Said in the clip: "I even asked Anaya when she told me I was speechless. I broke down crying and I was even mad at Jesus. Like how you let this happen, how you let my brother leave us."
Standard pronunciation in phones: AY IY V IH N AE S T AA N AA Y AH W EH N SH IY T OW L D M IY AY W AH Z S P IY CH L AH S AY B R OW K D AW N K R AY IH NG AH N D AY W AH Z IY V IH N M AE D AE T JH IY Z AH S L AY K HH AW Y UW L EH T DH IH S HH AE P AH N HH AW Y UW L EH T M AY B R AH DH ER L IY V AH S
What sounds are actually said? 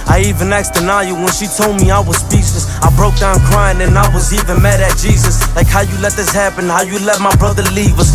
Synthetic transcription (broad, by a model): AY IY V IH N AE S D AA N AA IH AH W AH N SH IY T OW L D M IY AY W AH Z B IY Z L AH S AY B R OW K D AW N K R AY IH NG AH N AY W AH Z IY V IH N M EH D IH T JH IY Z AH S L AY K HH AW Y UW L EH T DH IH S HH AE P AH N HH AW Y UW L EH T M AY B R AH DH ER L IY V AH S